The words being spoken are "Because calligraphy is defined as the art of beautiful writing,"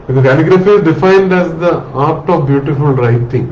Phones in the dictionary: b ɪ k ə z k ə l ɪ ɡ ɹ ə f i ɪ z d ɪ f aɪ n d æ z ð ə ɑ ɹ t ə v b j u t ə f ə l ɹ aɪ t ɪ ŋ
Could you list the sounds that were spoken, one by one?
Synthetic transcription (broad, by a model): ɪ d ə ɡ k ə n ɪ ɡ ɹ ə f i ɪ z d ɪ f aɪ n d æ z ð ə ɑ ɹ t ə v b j u t ə f ə l ɹ aɪ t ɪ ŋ